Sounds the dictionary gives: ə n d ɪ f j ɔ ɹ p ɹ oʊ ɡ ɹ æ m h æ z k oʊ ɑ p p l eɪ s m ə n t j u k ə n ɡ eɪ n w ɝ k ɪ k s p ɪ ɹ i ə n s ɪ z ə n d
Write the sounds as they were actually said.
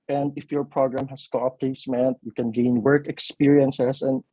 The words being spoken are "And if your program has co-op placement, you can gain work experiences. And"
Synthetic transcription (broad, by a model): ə n d ɪ f j ɔ ɹ p ɹ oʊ ɡ ɹ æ m h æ s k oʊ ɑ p p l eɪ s m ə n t j u k ə n ɡ eɪ n w ɝ k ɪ k s p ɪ ɹ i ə n s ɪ s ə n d